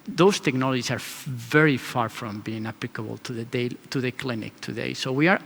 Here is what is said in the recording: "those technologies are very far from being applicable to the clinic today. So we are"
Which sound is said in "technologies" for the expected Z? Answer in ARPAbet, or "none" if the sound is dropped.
S